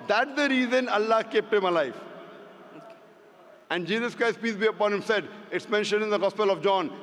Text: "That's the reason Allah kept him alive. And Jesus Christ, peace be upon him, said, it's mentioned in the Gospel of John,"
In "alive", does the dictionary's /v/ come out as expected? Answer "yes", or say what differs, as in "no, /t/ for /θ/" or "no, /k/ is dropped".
no, /f/ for /v/